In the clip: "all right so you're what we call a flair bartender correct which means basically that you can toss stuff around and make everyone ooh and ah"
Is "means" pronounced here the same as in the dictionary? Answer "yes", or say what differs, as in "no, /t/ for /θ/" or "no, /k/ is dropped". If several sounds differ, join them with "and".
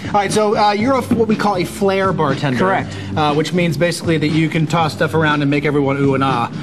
yes